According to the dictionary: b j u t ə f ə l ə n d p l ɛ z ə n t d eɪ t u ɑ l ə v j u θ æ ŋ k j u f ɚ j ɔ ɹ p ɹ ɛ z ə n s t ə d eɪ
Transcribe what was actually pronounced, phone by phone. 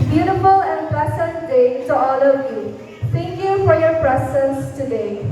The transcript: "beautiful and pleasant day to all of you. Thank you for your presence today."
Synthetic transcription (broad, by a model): b j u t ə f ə l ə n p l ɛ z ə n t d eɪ t u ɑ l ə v j u t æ ŋ k j u f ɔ j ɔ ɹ p ɹ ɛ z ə n s t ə d eɪ